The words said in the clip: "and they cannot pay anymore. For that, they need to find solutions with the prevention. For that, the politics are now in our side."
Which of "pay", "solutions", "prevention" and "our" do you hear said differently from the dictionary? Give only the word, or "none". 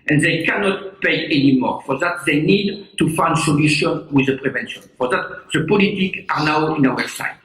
solutions